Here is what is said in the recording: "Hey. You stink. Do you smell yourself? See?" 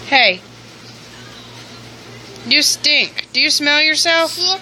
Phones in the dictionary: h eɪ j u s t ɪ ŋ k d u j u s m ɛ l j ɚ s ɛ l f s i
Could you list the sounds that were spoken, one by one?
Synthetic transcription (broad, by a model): h eɪ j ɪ s t ɪ ŋ k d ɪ j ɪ s m ɛ l j ɚ s ɛ l f